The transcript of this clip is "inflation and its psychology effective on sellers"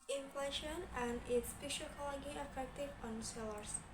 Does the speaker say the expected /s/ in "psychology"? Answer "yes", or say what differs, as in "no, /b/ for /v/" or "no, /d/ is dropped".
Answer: no, /ʃ/ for /s/